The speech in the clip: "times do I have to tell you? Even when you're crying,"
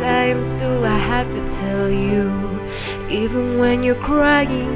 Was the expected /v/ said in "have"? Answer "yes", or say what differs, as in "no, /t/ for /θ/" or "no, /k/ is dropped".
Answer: no, /f/ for /v/